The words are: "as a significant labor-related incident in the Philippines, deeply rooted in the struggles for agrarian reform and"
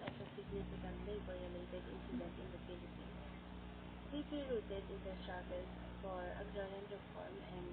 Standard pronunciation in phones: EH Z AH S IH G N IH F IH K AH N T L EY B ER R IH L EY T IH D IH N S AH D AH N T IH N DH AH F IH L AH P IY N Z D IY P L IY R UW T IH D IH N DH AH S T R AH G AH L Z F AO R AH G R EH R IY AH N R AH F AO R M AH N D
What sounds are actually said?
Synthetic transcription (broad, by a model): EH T AH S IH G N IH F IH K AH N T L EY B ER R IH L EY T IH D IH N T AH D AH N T IH N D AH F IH L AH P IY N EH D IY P IY R UW T IH D IH N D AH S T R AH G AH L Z F AO R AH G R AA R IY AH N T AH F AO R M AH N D